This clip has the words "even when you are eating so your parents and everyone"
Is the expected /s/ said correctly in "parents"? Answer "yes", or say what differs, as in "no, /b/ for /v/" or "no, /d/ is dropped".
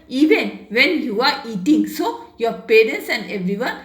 yes